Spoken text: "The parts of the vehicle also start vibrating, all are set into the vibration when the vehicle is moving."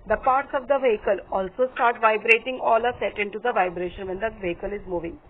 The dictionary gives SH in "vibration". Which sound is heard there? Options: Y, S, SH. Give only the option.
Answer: SH